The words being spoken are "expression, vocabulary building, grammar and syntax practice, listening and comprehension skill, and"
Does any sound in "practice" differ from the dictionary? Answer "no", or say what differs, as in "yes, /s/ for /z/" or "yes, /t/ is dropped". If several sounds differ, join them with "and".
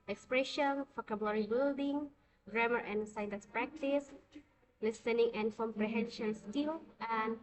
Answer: no